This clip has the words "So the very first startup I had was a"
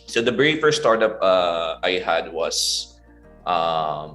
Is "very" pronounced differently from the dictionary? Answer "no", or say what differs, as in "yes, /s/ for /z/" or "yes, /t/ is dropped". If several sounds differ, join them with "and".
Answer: yes, /b/ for /v/